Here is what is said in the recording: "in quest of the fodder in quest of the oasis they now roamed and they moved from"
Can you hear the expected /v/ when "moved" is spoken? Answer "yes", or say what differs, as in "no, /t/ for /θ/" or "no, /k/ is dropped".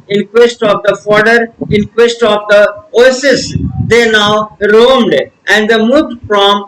no, /v/ is dropped